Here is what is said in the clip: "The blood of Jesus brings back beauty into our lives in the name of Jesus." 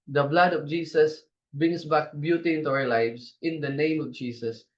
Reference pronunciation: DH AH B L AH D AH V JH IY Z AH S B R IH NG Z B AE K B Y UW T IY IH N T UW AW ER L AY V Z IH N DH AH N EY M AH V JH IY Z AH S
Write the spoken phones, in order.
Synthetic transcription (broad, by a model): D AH B L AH D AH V JH IY S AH S B R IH NG S B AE K B Y UW T IY IH N T UW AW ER L AY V S IH N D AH N EY M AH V JH IY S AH S